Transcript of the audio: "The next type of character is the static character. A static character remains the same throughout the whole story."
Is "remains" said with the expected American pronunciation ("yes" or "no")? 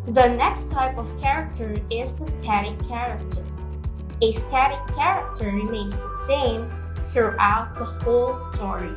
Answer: no